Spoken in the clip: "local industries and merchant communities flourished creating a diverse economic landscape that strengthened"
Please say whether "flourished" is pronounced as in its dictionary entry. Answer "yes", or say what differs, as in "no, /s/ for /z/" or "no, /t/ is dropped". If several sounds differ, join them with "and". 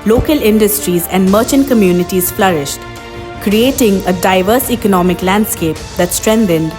yes